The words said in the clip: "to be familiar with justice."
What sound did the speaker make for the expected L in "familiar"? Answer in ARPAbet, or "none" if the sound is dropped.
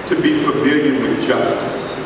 none